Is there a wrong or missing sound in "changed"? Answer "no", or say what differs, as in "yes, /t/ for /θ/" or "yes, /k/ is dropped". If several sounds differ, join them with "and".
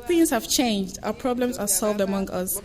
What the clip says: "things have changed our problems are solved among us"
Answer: no